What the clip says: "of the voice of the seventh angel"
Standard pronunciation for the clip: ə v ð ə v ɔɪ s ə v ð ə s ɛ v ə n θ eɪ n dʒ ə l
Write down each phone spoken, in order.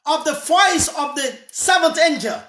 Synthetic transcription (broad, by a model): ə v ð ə f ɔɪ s ə v ð ə s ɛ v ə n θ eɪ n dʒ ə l